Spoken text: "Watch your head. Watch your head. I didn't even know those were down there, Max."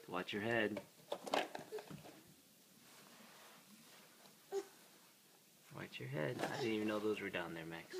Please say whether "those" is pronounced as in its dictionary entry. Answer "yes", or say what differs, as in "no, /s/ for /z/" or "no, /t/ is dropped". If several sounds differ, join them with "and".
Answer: yes